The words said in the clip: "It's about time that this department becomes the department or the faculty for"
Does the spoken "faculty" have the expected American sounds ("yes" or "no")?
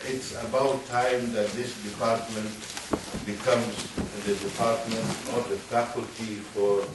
yes